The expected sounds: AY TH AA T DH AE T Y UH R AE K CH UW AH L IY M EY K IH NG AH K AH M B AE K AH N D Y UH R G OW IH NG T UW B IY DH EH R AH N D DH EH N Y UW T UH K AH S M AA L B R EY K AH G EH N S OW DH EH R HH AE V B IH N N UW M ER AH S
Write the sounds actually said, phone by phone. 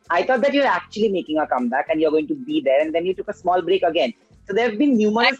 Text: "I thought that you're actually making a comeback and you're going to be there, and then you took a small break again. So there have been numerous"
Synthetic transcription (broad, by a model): AY T AA T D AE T Y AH R AE K CH UW AH L IY M EY K IH NG AH K AH M B AE K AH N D Y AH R G OW IH NG T UW B IY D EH R AH N D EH N Y UW T UH K AH S M AA L B R EY K AH G EH N S OW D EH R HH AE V B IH N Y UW M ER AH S